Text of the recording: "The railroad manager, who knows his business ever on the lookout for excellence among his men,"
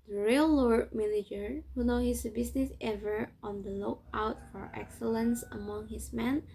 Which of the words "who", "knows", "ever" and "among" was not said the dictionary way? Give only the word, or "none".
knows